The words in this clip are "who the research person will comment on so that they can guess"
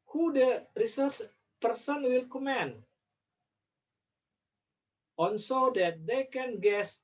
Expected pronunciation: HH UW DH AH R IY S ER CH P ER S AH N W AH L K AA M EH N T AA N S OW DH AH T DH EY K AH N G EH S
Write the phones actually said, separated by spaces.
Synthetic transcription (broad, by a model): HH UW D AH R IY S ER CH P ER S AH N W AH L K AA M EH N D AA N S OW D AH T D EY K AH N G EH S